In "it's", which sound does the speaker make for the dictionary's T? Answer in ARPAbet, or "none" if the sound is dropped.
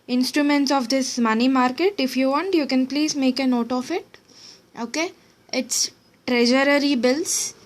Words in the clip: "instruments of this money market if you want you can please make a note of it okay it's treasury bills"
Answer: T